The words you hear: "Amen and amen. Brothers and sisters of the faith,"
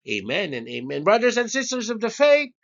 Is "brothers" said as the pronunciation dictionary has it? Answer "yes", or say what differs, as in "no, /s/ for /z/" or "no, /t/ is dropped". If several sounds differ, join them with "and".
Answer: yes